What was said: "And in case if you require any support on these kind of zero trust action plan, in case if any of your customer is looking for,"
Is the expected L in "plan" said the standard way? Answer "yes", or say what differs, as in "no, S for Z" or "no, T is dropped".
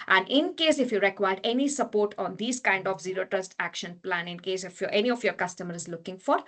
yes